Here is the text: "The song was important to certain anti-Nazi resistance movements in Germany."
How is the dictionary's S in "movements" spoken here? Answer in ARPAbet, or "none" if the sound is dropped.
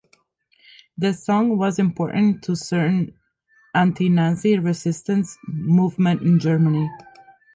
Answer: none